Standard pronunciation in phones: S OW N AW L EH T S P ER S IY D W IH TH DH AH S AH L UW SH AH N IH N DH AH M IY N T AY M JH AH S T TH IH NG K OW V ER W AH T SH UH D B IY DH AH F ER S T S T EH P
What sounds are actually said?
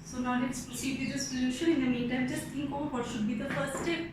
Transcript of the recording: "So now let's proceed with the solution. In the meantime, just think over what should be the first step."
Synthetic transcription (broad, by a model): S OW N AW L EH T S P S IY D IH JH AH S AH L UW SH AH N IH N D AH M IY N T AY M JH AH S T T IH NG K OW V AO T SH UH D B IY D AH F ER T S T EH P